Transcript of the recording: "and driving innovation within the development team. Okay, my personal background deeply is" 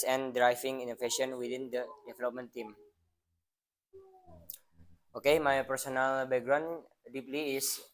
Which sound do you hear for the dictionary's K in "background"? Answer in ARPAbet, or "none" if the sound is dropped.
none